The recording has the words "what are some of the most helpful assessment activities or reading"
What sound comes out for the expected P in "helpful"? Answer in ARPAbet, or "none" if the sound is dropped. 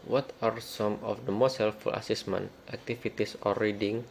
none